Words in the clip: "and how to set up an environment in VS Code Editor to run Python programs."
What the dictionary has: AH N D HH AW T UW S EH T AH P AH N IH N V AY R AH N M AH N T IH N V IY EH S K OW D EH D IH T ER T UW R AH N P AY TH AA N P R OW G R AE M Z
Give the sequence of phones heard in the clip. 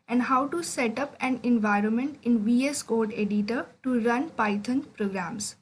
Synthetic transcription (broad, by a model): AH N D HH AW T UW S EH T AH P AH N IH N V AY R AH N M AH N T IH N V IY EH S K OW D EH D IH T ER T UW R AH N P AY T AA N P R OW G R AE M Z